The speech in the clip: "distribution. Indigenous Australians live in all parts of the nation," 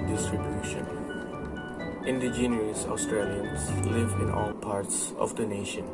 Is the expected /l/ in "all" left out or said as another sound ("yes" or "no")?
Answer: no